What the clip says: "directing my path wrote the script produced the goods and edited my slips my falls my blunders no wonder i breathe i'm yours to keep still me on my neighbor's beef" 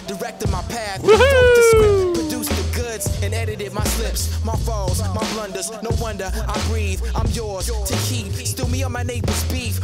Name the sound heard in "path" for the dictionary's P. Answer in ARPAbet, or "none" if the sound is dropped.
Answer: P